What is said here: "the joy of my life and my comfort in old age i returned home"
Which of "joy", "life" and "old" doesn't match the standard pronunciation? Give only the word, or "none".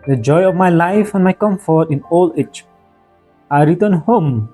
old